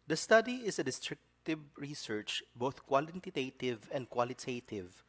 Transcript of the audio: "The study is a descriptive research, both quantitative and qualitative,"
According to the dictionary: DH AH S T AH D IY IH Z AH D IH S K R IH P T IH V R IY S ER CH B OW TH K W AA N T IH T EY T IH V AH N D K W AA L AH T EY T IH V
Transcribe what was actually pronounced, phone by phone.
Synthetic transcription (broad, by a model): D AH S T AH D IY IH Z AH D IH S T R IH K T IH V R IY S ER CH B OW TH K W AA L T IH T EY T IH V AH N D K W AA L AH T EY T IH V